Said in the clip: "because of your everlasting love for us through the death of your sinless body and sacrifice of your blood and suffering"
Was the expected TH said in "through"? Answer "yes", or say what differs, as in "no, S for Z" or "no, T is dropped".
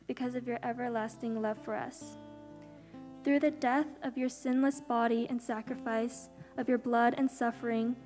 yes